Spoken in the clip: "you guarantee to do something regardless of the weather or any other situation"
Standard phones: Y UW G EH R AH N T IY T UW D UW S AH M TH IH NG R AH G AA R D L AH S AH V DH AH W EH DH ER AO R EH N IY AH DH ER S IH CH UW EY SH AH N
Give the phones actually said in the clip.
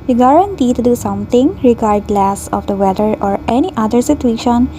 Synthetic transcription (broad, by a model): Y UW G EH R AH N T IY T UW D UW S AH M T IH NG R AH G AA R D L AH S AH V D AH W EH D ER AO R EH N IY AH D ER S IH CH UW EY SH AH N